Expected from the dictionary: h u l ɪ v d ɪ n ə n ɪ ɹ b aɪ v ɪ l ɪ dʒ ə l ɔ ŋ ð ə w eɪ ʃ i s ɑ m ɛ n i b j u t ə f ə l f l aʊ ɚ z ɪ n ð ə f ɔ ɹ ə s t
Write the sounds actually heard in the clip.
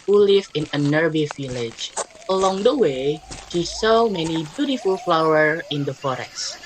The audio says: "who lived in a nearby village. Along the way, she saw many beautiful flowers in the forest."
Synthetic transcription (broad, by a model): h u l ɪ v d ɪ n ə n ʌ ɹ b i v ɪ l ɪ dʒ ə l ɔ ŋ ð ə w eɪ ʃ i s ɑ m ɛ n i b j u t ə f ə l f l aʊ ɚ ɪ n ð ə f ɔ ɹ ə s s